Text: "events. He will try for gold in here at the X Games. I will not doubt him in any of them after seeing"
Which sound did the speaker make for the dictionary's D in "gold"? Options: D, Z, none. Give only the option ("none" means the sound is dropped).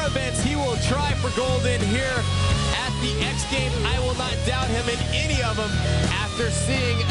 D